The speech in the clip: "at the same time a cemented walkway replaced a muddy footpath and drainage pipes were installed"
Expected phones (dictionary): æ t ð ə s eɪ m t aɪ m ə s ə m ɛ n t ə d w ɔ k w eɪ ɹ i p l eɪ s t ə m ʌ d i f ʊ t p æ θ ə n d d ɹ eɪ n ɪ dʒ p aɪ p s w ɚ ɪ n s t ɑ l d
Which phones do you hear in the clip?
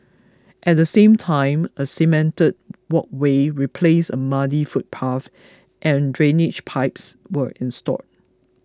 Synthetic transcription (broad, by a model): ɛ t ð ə s eɪ m t aɪ m ə s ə m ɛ n t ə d w ɔ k w eɪ ɹ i p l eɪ s ə m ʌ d i f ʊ t p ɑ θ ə n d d ɹ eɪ n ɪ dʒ p aɪ p s w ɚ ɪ n s t ɑ d